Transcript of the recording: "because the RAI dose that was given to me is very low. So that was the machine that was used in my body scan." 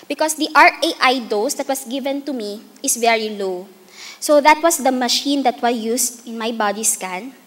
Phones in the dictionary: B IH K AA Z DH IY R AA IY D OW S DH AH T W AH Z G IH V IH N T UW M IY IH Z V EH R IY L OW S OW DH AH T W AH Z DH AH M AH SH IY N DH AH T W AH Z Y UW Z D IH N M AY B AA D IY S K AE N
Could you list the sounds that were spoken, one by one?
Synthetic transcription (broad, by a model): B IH K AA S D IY R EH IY D OW S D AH T W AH S G IH V IH N T UW M IY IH S V EH R IY L OW S OW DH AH T W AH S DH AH M AH SH IY N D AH T W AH S Y UW S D IH N M AY B AA D IY S K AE N